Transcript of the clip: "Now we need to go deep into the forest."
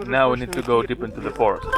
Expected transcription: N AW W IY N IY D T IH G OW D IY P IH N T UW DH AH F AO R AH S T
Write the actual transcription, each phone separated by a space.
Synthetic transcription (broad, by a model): N AW W IY N IY D T IH G OW D IY P IH N T UW DH AH F AO R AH S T